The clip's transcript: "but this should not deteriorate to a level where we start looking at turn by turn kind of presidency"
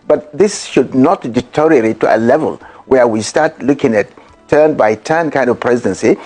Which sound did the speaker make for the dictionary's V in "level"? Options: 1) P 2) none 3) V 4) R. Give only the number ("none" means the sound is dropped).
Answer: 3